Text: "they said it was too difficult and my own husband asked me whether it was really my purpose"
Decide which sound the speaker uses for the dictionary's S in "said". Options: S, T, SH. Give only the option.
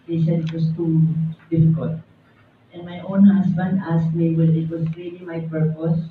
SH